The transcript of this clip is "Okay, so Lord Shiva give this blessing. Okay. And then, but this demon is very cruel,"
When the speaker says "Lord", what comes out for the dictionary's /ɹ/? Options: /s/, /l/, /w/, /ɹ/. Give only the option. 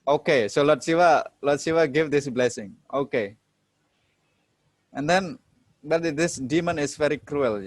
/l/